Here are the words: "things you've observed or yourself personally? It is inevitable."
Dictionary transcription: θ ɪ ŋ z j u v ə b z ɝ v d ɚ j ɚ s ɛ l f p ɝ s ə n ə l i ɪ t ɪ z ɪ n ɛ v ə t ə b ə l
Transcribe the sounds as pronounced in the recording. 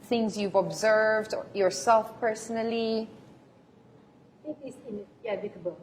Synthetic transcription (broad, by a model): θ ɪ ŋ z j u v ə b z ɝ v d j ɚ s ɛ l f p ɝ s ə n ə l i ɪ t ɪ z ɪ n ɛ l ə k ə b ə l